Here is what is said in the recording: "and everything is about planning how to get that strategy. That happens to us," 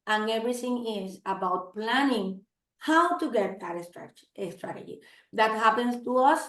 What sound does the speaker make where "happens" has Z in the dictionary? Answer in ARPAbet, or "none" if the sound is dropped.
S